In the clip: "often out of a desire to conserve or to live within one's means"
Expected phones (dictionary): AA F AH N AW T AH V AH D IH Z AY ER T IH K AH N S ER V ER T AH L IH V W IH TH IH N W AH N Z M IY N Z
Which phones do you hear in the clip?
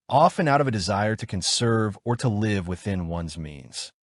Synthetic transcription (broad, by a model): AA F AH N AW T AH V AH D IH Z AY ER T IH K AH N S ER V ER T AH L IH V W IH TH IH N W AH N Z M IY N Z